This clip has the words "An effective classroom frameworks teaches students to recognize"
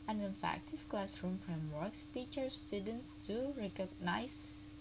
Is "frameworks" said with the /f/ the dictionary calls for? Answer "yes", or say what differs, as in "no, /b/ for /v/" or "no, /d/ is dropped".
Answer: yes